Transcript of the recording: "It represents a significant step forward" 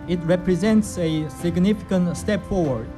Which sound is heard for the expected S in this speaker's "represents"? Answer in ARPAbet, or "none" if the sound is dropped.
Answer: S